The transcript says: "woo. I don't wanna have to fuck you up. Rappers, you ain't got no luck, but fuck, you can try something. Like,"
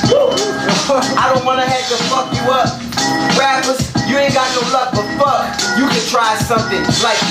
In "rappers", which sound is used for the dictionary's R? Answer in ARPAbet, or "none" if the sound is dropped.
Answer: W